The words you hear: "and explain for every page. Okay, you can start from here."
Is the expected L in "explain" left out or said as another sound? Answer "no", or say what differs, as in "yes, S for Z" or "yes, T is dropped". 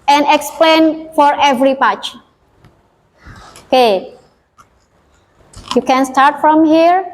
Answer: no